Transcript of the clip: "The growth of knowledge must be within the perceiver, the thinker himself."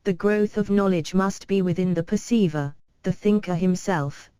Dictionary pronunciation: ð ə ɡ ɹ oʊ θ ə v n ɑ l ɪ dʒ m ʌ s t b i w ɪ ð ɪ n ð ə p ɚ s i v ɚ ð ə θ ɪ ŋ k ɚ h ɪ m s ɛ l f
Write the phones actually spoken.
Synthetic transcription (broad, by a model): ð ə ɡ ɹ oʊ θ ə v n ɑ l ɪ dʒ m ʌ s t b i w ɪ ð ɪ n ð ə p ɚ s i v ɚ ð ə θ ɪ ŋ k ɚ h ɪ m s ɛ l f